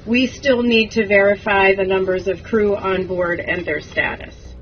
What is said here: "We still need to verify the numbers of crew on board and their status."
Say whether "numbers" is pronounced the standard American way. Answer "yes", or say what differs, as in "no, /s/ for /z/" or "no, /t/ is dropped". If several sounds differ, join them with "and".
yes